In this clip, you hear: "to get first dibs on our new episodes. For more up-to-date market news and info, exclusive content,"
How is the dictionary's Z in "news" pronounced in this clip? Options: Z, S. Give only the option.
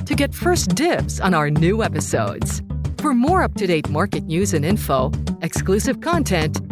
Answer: Z